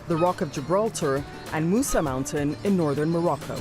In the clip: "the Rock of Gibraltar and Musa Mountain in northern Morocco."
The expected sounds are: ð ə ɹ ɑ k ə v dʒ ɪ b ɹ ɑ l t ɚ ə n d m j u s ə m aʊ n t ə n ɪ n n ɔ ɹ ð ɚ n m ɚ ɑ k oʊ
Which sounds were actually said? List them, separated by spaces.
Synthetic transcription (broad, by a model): ð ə ɹ ɑ k ə v dʒ ɪ b ɹ ɑ l t ɚ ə n m u s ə m aʊ n t ə n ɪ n n ɔ ɹ ð ɚ n m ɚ ɑ k oʊ